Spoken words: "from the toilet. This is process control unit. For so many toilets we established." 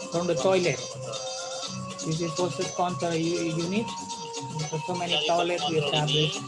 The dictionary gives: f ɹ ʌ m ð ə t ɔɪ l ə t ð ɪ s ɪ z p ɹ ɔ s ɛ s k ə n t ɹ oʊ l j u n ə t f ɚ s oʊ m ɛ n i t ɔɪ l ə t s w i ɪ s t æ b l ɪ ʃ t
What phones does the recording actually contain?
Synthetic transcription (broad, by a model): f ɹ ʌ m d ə t ɔɪ l ə t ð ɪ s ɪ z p ɔ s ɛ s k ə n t oʊ j u n ə t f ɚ s oʊ m ɛ n i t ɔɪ l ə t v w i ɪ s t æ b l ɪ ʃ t